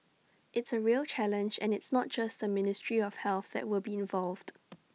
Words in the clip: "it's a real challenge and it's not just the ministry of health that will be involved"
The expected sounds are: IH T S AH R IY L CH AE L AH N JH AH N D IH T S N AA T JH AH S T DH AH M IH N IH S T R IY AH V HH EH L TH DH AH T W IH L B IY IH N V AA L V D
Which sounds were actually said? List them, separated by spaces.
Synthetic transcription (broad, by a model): IH T S AH R IY L CH AE L AH N JH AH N IH T S N AA T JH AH S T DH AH M IH N IH S T R IY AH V HH EH L TH DH AH T W IH L B IY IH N V AA L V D